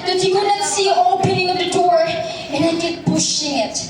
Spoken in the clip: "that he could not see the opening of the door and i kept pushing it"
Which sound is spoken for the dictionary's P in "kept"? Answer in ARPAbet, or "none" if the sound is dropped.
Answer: none